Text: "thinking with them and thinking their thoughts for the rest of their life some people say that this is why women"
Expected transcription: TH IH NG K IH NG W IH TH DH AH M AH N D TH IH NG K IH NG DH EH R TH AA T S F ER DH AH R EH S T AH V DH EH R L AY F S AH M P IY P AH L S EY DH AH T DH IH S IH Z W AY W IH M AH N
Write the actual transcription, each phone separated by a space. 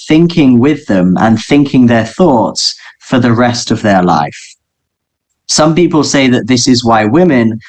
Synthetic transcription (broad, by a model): TH IH NG K IH NG W IH DH AH M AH N TH IH NG K IH NG DH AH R TH AA T S F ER DH AH R EH S T AH V DH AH R L AY F S AH M P IY P AH L S EY DH AH T DH IH S IH Z W AY W IH M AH N